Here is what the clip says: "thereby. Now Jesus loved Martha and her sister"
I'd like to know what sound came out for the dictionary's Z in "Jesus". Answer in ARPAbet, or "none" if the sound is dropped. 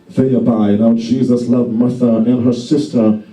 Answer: Z